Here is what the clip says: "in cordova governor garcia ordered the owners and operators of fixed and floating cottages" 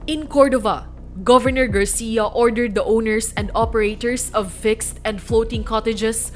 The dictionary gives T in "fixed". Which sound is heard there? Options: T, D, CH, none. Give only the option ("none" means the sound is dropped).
T